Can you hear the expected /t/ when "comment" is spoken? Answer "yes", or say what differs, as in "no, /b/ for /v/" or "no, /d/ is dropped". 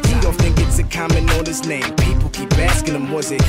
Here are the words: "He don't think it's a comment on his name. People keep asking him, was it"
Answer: no, /t/ is dropped